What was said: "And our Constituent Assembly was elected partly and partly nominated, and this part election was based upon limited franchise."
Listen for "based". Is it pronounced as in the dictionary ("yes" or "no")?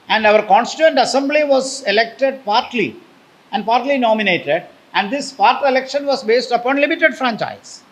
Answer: yes